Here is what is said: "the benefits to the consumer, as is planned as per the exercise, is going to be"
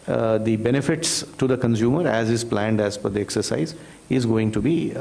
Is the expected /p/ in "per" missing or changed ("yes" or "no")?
yes